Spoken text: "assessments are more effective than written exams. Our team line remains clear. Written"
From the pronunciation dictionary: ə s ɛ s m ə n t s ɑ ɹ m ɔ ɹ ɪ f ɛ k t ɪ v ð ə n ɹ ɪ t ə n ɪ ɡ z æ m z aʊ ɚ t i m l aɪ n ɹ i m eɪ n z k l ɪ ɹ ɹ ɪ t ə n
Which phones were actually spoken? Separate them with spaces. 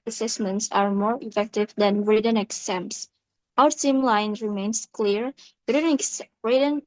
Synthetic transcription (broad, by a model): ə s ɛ s m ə n t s ɑ ɹ m ɔ ɹ ɪ f ɛ k t ɪ v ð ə n ɹ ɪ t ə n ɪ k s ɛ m s aʊ ɚ s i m l aɪ n ɹ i m eɪ n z k l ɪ ɹ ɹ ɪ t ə n